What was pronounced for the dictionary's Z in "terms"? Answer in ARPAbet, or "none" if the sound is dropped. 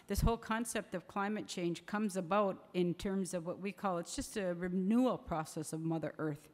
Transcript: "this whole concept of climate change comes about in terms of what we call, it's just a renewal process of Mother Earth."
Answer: Z